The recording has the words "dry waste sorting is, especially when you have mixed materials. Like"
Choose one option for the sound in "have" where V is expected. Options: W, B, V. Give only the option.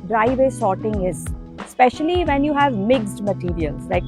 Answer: V